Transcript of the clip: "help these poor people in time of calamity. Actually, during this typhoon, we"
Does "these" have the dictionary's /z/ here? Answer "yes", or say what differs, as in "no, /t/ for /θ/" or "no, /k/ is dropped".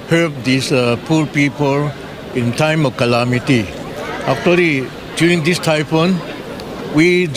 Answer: no, /s/ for /z/